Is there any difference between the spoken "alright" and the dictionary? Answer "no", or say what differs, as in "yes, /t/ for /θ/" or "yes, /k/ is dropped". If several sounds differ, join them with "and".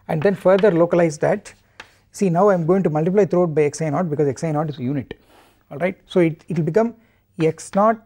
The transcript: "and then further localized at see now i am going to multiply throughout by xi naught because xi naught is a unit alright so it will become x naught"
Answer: no